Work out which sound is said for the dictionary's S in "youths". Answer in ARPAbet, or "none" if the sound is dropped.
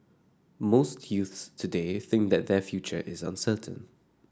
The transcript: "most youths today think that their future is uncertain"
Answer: S